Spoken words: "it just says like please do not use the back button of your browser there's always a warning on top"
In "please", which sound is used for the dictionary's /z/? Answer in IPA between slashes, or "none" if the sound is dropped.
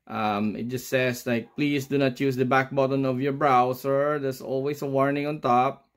/s/